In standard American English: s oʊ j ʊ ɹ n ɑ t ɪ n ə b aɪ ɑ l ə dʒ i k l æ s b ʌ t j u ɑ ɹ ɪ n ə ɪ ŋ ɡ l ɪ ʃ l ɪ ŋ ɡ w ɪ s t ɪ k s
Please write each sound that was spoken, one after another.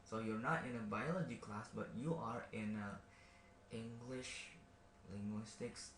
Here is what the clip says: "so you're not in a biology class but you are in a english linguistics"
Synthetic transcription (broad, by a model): s oʊ j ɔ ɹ n ɑ t ɪ n ə b aɪ ɑ l ə dʒ i k l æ s b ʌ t j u ɑ ɹ ɪ n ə ɪ ŋ ɡ l ɪ ʃ l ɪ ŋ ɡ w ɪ s t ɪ k s